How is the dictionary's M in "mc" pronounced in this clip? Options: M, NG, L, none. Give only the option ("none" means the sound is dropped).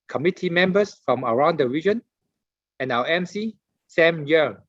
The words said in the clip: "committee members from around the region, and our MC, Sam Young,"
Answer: M